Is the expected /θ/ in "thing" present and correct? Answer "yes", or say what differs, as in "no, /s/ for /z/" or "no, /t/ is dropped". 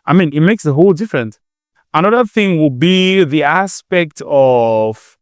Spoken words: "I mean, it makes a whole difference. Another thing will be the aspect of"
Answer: yes